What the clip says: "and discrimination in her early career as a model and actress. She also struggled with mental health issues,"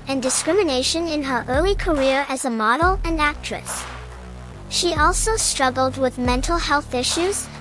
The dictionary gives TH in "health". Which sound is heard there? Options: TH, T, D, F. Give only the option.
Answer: TH